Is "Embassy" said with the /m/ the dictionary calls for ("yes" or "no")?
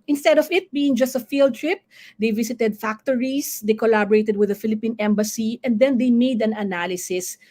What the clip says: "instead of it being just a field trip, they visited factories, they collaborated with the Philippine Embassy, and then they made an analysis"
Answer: yes